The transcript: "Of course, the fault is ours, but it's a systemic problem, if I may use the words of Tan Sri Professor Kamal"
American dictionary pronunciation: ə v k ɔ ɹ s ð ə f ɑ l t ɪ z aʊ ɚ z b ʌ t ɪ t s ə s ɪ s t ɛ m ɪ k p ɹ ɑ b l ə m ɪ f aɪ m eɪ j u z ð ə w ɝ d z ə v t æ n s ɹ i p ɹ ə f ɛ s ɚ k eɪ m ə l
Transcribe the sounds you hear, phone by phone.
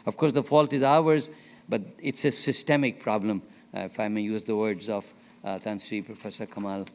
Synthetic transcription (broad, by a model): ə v k ɔ ɹ s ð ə f ɑ l t ɪ z aʊ ɚ z b ʌ t ɪ t s ə s ɪ s t ɛ m ɪ k p ɹ ɑ b l ə m ɪ f aɪ m eɪ j u z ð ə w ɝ d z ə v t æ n s ɹ i p ɹ ə f ɛ s ɚ k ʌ m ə l